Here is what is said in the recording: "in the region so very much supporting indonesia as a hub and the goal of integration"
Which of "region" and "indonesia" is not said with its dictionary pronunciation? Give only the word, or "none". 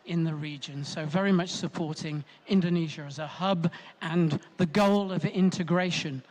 none